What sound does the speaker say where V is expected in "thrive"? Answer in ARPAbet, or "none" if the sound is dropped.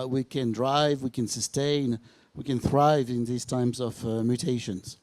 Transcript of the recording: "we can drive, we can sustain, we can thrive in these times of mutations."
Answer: V